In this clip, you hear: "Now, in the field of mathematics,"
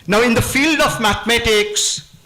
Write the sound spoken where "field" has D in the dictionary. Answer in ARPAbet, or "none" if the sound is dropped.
D